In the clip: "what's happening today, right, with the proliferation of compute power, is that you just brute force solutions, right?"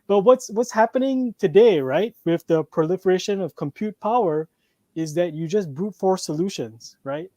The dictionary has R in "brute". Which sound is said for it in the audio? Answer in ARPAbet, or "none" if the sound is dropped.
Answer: none